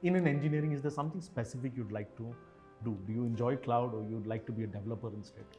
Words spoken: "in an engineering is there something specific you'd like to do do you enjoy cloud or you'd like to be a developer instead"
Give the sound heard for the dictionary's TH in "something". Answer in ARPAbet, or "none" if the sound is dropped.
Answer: T